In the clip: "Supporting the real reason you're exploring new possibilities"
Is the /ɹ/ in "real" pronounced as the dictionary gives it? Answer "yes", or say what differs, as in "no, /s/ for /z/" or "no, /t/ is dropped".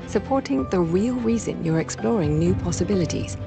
yes